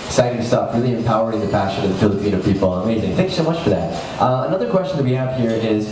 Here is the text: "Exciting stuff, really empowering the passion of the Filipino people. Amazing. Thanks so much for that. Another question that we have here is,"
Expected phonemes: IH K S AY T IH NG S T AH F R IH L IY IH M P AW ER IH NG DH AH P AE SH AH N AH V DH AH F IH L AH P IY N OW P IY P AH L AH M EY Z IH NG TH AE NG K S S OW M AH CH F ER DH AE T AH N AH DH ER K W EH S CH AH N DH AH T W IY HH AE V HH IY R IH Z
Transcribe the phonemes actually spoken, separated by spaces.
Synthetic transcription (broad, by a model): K S AY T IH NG S T AH F R IH L IY IH M P AW ER IH NG DH AH P AE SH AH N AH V DH AH F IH L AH P IY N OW P IY P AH N AH M EY Z IH NG TH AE NG K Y S OW M AH CH F ER DH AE T AH N AH DH ER K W EH S CH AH N DH AH T W IY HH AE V HH IY R IH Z